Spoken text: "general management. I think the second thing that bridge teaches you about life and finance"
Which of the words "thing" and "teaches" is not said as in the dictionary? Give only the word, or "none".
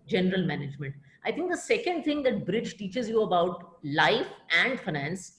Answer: thing